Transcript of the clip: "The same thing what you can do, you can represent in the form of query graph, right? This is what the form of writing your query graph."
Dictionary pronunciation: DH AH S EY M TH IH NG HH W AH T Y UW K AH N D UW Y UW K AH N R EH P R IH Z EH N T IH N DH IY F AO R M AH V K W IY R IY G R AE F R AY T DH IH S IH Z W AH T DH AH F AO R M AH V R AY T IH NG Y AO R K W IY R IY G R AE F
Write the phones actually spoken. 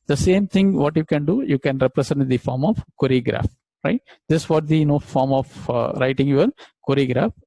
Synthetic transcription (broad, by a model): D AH S EY M T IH NG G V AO T Y UW K AH N D UW Y UW K AH N R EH P R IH S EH N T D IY F AO R M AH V K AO R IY G R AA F R AY T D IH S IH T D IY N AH F AO R M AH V R AY T IH NG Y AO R K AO R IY G R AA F